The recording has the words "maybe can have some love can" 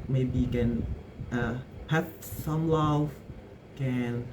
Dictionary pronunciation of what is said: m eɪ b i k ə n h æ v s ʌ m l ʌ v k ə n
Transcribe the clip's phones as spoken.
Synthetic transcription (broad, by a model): m eɪ b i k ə n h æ f s ʌ m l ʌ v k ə n